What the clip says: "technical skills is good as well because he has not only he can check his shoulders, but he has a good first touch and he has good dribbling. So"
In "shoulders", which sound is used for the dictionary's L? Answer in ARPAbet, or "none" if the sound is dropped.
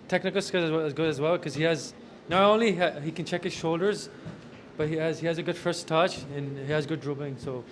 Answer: L